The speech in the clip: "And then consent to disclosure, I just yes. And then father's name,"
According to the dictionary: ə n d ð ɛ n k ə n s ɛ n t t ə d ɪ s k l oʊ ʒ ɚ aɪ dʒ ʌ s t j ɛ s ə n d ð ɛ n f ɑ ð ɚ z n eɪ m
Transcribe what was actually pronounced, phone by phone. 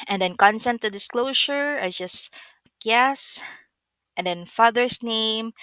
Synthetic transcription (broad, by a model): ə n d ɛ n k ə n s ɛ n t t ə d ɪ s k l oʊ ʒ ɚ aɪ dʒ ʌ s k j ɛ s ə n d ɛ n f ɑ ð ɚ s n eɪ m